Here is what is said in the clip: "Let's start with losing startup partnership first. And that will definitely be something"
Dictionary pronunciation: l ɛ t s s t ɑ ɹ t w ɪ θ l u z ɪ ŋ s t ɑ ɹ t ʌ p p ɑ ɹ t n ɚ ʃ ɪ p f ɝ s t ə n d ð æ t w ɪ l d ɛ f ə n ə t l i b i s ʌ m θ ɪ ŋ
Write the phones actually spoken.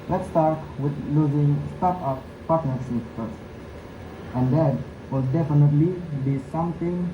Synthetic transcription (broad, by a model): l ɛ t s s t ɑ ɹ t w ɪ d l u z ɪ ŋ s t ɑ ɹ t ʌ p p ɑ ɹ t n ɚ s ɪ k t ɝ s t ə n d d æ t w ɪ l d ɛ f ə n ə t l i b i s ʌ m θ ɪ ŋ